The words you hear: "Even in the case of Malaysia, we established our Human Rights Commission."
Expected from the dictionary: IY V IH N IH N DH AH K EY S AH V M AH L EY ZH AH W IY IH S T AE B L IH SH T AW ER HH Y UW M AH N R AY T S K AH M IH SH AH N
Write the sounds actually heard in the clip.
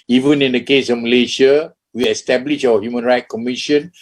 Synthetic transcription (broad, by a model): IY V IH N IH N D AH K EY S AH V M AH L EY SH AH W IY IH S T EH B L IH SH AW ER HH Y UW M AH N R AY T K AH M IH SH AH N